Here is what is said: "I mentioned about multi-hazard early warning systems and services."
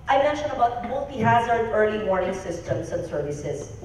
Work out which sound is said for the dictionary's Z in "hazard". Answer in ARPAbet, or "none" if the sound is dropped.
Z